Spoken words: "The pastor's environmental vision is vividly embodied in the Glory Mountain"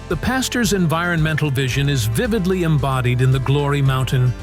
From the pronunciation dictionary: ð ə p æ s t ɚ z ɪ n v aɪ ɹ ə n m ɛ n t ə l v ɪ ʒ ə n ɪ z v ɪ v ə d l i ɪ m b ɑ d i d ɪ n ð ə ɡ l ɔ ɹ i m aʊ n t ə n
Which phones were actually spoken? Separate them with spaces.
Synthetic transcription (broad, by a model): ð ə p æ s t ɚ z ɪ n v aɪ ɹ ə n m ɛ n t l v ɪ ʒ ə n ɪ z v ɪ v ə d l i ɪ m b ɑ d i d ɪ n ð ə ɡ l ɔ ɹ i m aʊ n t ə n